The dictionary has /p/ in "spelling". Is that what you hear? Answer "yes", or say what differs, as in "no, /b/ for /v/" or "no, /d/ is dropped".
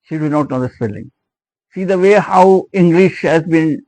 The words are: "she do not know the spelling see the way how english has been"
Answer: no, /f/ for /p/